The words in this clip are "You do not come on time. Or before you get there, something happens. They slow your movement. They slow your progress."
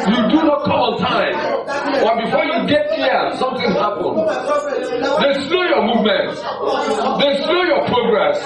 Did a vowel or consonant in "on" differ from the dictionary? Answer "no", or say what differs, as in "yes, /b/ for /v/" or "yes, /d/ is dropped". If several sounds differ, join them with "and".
yes, /l/ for /n/